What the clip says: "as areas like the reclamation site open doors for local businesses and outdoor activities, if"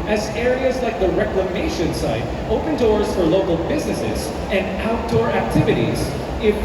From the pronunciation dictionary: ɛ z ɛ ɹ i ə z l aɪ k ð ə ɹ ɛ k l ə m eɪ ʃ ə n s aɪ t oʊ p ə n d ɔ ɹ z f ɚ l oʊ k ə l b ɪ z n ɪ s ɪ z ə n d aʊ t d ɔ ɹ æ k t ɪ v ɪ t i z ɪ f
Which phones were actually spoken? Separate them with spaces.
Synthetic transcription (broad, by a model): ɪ z ɛ ɹ i ə z l aɪ k ð ə ɹ ɛ k l ə m eɪ ʃ ə n s aɪ t oʊ p ə n d ɔ ɹ z f ɚ l oʊ k ə l b ɪ z n ɪ s ɪ z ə n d aʊ t d ɔ ɹ æ k t ɪ v ɪ t i z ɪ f